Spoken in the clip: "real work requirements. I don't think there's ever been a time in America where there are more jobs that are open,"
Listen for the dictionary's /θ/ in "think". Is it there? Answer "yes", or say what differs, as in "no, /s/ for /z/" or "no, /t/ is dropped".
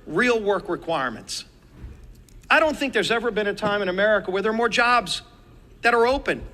yes